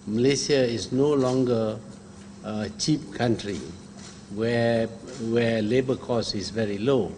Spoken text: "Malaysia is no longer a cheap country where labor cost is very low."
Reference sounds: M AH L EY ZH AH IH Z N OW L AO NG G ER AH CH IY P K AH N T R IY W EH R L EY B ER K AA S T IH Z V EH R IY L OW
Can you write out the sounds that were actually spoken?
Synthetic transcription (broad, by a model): M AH L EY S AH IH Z N OW L AO NG G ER AH CH IY P K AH N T R IY W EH W L EY B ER K AA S IH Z V EH R IY L OW